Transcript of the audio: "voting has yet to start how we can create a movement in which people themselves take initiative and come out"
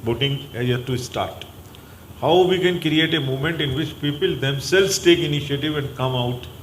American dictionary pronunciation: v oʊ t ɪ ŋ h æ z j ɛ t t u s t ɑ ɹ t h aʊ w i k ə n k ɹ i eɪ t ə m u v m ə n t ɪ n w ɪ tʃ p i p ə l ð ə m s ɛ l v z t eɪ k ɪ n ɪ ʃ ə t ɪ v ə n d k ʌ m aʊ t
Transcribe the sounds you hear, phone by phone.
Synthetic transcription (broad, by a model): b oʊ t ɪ ŋ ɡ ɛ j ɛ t t u s t ɑ ɹ t h aʊ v i k ə n k ɹ i eɪ t ə m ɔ m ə n t ɪ n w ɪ tʃ p i p ə l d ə m s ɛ l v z t eɪ k ɪ n ɪ ʃ ə t ɪ v ə n d k ʌ m aʊ t